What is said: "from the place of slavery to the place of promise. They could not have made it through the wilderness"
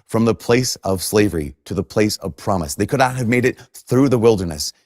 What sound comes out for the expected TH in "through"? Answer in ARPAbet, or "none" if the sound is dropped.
TH